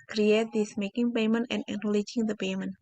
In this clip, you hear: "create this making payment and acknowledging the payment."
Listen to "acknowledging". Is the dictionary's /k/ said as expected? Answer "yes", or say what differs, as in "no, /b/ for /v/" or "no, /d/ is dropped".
no, /k/ is dropped